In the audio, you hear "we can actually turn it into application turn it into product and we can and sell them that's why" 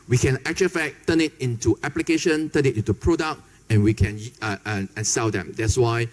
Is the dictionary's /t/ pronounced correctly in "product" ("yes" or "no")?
no